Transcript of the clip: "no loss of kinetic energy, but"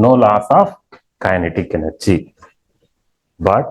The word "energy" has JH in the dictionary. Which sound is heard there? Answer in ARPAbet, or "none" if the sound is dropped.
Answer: CH